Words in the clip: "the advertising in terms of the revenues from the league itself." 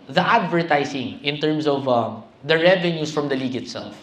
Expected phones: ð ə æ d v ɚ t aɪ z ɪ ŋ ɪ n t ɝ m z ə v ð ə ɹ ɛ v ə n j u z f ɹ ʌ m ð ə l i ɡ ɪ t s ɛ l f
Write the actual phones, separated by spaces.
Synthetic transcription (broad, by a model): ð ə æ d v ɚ t aɪ s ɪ ŋ ɪ n t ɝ m s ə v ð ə ɹ ɛ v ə n j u s f ɹ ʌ m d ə l i ɡ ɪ t s ɛ l f